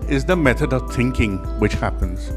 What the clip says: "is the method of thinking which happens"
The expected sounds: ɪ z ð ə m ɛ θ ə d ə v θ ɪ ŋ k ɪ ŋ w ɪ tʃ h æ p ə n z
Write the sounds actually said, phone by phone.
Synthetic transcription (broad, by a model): ɪ z ð ə m ɛ θ ə d ə v θ ɪ ŋ k ɪ ŋ w ɪ tʃ h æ p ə n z